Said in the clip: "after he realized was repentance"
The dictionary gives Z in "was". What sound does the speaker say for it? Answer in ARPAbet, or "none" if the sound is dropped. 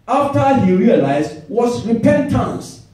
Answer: S